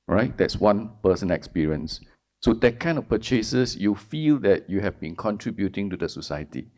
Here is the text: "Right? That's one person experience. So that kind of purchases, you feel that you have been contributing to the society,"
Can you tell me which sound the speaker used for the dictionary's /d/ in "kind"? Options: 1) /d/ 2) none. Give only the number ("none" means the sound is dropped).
2